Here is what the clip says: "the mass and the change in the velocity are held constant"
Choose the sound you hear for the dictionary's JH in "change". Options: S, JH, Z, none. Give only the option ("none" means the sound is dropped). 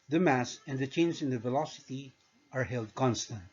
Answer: Z